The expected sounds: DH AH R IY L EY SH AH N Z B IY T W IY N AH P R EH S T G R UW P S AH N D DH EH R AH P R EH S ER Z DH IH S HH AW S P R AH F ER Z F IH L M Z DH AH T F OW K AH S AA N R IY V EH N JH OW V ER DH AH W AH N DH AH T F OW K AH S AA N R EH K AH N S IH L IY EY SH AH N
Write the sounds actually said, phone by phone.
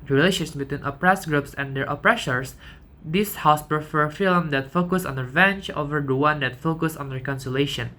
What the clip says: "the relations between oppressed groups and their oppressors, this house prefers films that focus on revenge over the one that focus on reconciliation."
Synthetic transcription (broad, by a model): R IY L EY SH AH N B IY T W IY N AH P R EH S G R UW P S AH N D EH R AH P R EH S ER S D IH S HH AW S P R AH F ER F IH L M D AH T F OW K AH S AA N R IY V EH N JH OW V ER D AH W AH N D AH T F OW K AH S AA N R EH K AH N S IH L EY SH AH N